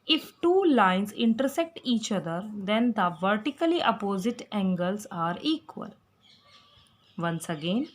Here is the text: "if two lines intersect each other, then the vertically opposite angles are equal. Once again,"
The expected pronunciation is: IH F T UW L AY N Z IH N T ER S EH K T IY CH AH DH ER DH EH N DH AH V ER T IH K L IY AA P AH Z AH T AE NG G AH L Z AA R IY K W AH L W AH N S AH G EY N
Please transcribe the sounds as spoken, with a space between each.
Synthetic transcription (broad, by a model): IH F T UW L AY N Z IH N T ER S EH K T IY CH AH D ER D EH N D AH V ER T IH K L IY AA P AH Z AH T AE NG G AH L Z AA R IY K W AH L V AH N S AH G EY N